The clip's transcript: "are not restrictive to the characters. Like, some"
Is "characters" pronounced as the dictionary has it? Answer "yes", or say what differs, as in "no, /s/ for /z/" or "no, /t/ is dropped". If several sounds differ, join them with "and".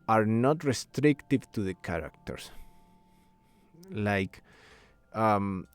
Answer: no, /s/ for /z/